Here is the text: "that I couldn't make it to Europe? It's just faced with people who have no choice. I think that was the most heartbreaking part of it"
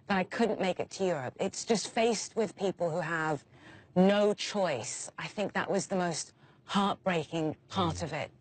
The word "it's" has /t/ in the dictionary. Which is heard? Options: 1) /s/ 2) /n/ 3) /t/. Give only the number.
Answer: 3